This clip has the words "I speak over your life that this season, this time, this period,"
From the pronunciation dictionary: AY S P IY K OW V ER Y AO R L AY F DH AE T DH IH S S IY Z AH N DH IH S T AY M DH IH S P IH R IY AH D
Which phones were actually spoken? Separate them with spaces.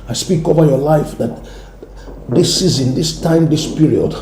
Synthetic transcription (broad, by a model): AY S P IY K OW V ER Y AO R L AY F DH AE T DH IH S S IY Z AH N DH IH S T AY M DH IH S P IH R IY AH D